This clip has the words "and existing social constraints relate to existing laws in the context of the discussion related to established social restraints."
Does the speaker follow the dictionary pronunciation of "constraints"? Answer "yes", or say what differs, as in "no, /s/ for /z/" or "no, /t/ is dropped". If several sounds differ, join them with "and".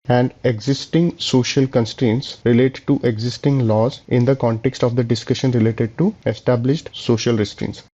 yes